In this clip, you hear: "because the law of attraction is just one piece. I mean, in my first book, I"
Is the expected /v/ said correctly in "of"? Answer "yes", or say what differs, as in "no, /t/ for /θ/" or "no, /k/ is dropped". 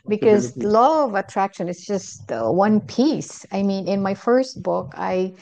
yes